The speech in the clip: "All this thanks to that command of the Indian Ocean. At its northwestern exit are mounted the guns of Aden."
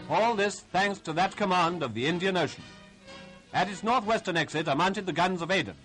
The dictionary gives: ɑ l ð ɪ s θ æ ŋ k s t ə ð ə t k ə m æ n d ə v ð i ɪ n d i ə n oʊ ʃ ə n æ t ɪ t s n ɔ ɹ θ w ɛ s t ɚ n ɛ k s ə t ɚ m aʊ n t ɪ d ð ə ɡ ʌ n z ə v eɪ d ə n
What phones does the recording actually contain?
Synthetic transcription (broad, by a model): ɑ l ð ɪ s θ æ ŋ k s t ə ð ə t k ə m æ n d ə v ð i ɪ n d i ə n oʊ ʃ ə n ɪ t ɪ t s n ɔ ɹ θ w ɛ s t ɚ n ɛ k s ə t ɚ m aʊ n t ɪ d ð ə ɡ ʌ n z ə v eɪ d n